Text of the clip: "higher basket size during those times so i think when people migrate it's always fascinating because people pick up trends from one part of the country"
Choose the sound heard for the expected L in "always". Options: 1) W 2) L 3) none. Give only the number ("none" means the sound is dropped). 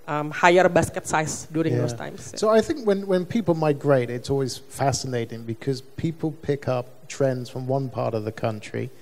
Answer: 2